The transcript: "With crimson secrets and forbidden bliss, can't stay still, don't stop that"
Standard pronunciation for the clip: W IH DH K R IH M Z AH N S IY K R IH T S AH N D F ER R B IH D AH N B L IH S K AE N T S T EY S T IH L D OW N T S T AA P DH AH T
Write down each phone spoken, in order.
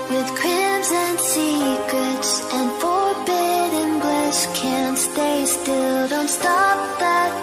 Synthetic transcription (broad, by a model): W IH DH K R IH M Z AH N S IY K R IH T S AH N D F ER R B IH D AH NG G L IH SH K AE N T S T EY S T IH L D OW N T S T AA P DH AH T